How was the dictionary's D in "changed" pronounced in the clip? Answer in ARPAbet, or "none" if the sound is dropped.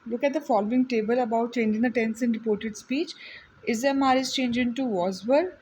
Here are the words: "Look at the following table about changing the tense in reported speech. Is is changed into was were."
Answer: none